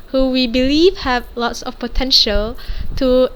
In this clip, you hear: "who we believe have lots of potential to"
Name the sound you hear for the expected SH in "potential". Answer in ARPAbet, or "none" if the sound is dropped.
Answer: SH